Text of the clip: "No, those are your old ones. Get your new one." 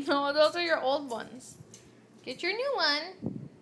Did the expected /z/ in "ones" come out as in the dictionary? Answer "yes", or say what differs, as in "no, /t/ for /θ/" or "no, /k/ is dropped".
no, /s/ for /z/